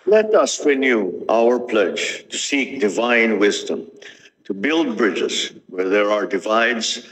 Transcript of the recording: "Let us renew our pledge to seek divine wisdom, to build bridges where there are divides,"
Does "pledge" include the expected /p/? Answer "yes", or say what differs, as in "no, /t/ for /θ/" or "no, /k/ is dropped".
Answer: yes